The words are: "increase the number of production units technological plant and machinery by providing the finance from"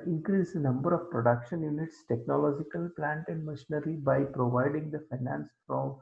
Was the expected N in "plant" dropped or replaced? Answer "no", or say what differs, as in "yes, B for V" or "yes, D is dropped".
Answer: no